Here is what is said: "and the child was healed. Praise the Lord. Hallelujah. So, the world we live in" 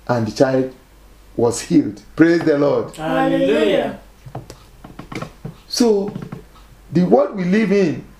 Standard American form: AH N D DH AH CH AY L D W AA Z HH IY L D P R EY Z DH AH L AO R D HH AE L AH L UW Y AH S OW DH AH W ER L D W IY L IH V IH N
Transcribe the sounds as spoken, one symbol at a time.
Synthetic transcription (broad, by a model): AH N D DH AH CH AY L D W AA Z HH IY L D P R EY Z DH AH L AO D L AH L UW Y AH S OW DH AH W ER D W IY L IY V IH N